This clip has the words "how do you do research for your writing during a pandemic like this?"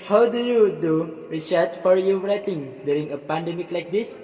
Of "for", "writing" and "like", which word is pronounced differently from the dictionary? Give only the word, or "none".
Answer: none